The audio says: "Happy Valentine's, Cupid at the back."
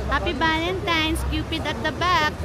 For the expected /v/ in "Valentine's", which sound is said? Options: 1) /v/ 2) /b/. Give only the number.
2